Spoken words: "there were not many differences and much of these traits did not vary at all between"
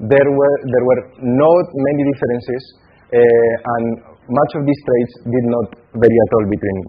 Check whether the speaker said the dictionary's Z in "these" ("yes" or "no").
no